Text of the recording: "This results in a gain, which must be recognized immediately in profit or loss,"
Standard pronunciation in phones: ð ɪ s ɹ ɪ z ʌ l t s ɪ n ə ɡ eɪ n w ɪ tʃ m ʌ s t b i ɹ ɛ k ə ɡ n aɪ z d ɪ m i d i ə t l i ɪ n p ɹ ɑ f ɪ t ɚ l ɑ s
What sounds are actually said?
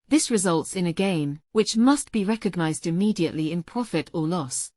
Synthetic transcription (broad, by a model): ð ɪ s ɹ ɪ z ʌ l t s ɪ n ə ɡ eɪ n w ɪ tʃ m ʌ s t b i ɹ ɛ k ə ɡ n aɪ z d ɪ m i d i ə t l i ɪ n p ɹ ɑ f ɪ t ɚ l ɑ s